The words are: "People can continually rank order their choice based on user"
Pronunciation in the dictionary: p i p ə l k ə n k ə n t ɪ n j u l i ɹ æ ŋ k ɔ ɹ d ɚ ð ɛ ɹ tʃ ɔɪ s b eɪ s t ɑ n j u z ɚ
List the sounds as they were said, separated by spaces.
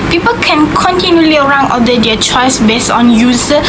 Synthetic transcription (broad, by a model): p i p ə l k ə n k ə n t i n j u l i ɹ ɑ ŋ ɔ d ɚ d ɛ tʃ ɔɪ s b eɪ s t ɑ n j u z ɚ